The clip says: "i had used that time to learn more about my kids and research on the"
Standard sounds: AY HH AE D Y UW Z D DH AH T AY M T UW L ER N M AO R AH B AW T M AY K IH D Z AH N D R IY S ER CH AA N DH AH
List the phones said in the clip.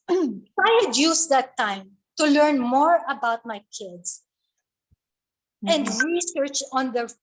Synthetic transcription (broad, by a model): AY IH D Y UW S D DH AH T AY M T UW L ER N M AO R AH B AW T M AY K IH D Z AH N D R IY S ER CH AA N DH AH